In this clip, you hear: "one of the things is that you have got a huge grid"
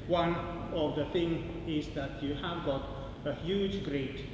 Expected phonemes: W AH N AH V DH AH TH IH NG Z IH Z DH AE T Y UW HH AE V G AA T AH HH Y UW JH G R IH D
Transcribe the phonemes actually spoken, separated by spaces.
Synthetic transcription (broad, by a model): W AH N AH V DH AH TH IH NG IH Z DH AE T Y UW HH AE V G AA T AH HH Y UW JH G R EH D